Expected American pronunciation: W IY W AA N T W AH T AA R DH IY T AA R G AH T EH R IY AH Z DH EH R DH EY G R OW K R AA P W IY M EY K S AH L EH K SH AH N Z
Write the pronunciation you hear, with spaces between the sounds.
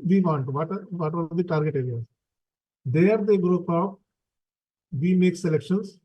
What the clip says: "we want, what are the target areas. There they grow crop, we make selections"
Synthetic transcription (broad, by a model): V IY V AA N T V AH T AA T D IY T AA R G AH T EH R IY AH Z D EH R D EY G R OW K AA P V IY M EY K S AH L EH K SH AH N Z